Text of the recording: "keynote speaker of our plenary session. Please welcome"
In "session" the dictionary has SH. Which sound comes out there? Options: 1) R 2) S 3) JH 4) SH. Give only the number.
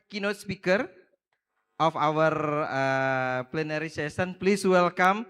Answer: 2